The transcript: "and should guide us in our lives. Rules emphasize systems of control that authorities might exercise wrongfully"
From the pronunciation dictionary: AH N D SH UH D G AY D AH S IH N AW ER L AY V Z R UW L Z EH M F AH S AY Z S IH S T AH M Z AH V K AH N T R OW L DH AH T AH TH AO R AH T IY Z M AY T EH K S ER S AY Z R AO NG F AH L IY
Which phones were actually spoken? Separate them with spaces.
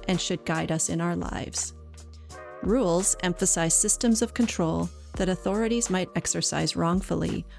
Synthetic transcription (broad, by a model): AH N SH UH D G AY D AH S IH N AW ER L AY V Z R UW L Z EH M F AH S AY Z S IH S T AH M Z AH V K AH N T R OW L DH AH T AH TH AO R AH T IY Z M AY T EH K S ER S AY Z R AO NG F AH L IY